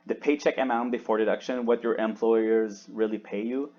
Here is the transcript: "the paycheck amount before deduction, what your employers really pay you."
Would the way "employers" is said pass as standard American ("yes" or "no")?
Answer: yes